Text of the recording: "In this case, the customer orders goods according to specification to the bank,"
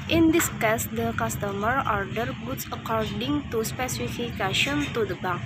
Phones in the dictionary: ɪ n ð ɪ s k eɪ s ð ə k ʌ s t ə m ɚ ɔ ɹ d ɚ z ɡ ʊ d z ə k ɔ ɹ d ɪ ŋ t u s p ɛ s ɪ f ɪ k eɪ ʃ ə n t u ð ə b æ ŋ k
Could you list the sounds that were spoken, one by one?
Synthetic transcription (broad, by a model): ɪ n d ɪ s k eɪ s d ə k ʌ s t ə m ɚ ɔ ɹ d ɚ ɡ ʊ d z ə k ɔ ɹ d ɪ ŋ t u s p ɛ s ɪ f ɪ k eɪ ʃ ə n t u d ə b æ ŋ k